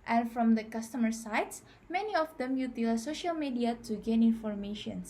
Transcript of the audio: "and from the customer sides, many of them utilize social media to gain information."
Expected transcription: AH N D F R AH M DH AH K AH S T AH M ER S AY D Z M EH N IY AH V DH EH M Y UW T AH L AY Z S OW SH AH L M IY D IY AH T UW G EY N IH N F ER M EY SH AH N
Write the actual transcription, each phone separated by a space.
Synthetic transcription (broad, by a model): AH N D F R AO M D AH K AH S T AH M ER S AY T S M EH N IY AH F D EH M Y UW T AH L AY S OW SH AH L M IY D IY AH T UW G EY N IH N F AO M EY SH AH N